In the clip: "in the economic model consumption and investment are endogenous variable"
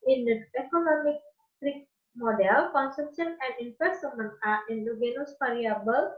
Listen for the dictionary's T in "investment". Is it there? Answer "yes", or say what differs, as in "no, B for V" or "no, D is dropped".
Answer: no, T is dropped